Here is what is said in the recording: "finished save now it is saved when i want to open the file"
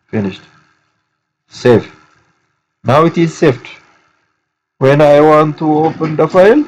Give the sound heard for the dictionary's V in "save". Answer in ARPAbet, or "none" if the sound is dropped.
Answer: F